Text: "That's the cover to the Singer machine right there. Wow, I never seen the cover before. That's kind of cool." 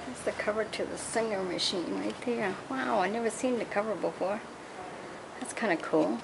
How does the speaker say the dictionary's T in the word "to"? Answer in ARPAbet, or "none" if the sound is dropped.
T